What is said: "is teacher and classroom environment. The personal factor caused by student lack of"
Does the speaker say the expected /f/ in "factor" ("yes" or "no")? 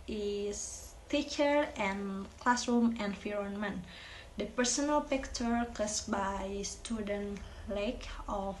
no